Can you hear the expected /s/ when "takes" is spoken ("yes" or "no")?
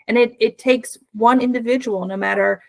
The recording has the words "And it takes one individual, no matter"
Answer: yes